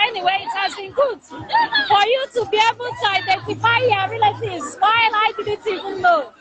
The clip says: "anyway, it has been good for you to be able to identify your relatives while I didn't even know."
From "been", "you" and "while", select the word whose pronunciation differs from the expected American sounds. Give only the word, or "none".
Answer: while